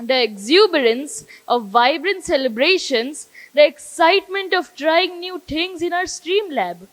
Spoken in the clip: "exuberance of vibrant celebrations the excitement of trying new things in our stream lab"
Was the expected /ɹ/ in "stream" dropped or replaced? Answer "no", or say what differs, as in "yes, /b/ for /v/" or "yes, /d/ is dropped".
no